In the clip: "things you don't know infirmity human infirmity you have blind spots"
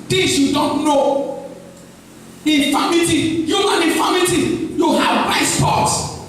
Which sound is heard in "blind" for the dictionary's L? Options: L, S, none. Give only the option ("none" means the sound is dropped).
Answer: none